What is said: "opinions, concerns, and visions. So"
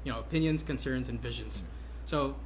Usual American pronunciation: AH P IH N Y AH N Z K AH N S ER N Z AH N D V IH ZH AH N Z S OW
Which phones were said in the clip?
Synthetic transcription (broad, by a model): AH P IH N Y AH N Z K AH N S ER N Z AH N V IH ZH AH N Z S OW